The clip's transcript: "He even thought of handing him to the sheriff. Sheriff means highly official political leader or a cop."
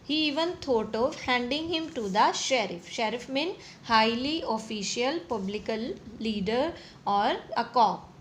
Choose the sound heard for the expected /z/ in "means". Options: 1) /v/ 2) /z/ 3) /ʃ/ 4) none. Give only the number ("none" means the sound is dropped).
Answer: 4